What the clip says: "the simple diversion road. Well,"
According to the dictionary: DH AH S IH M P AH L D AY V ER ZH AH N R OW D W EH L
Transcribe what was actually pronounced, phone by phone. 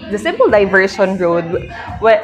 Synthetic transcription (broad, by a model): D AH S IH M P AH L D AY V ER SH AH N R OW D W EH